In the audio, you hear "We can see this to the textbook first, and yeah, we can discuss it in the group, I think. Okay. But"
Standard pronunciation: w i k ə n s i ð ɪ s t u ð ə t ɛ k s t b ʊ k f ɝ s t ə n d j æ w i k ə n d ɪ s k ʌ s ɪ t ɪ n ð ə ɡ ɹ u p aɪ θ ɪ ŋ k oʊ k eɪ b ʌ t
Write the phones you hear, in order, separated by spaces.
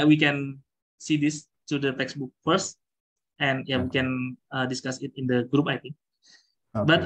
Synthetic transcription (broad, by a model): w i k ə n s i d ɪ s t u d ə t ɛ k s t b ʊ k f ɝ s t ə n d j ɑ w i k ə n d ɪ s k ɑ s ɪ t ɪ n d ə ɡ ɹ u p aɪ t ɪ ŋ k k b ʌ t